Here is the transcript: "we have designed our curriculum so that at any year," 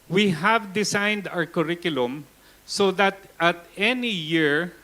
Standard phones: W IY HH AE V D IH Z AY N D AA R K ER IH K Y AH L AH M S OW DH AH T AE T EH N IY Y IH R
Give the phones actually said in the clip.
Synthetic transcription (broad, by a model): W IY HH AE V D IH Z AY N D AA R K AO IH K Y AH L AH M S OW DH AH T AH T EH N IY Y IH R